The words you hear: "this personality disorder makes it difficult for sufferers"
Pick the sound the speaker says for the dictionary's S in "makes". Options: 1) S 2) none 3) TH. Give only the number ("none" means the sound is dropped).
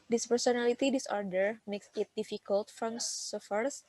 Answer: 1